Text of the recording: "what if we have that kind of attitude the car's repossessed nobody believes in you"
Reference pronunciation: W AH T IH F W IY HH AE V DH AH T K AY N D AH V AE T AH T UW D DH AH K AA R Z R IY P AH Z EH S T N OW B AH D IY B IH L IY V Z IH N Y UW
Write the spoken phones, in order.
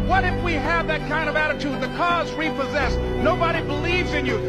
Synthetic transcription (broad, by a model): W AH T IH F W IY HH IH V DH AH T K AY N D AH V AE T AH T UW D DH AH K AA Z R IY P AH Z EH S N OW B AH D IY B IH L IY V Z IH N Y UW